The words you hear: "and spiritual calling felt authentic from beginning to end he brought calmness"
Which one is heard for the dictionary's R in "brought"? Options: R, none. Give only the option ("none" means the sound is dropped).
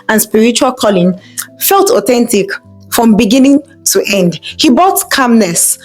none